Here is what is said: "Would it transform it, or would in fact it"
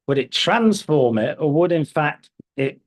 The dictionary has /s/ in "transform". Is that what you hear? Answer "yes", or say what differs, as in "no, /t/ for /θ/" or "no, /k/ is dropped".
yes